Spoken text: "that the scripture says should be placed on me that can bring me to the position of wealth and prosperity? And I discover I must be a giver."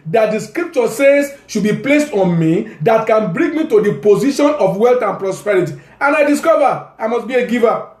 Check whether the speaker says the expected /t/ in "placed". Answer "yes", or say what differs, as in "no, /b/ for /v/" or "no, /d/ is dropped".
yes